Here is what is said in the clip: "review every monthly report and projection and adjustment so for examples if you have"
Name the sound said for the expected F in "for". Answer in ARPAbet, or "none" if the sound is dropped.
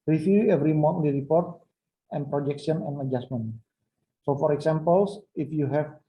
F